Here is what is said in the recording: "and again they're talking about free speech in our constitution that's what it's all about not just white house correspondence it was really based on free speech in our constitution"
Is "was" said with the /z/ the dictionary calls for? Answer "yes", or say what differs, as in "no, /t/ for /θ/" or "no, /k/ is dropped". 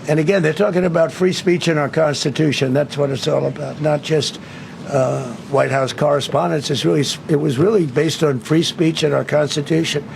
yes